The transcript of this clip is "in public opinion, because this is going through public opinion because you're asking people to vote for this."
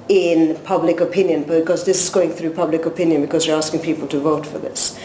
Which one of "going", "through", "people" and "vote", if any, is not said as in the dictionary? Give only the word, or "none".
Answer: none